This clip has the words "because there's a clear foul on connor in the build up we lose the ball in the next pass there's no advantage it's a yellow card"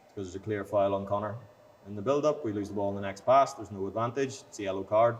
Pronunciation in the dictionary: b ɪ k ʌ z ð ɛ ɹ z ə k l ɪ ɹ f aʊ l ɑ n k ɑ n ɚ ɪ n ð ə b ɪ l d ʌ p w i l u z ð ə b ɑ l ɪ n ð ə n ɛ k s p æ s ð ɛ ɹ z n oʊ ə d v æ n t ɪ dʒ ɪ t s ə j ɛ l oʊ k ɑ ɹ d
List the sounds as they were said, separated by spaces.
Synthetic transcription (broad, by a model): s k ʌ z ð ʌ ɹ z ə k l ɪ ɹ f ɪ l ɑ n k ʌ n ɚ ɪ n ð ə b ɪ l d ʌ p w i l u z ð ə b ɑ l ɪ n ð ə n ɛ k s p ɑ s ð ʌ ɹ z n oʊ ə d v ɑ n t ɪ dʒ s ə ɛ l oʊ k ɑ ɹ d